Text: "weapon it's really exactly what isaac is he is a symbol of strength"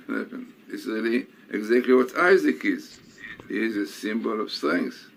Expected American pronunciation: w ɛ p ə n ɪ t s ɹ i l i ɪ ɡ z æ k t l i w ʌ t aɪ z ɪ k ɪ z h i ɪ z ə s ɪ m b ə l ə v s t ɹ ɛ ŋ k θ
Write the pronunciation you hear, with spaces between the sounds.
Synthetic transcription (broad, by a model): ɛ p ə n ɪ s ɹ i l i ɪ ɡ z æ k t l i w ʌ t aɪ z ɪ k ɪ z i ɪ z ə s ɪ m b ə l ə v s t ɹ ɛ ŋ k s